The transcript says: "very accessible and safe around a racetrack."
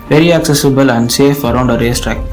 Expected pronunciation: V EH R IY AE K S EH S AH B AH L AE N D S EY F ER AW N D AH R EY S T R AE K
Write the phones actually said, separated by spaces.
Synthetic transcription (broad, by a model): V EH R IY AE K S EH S AH B AH L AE N D S EY F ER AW N D AH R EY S T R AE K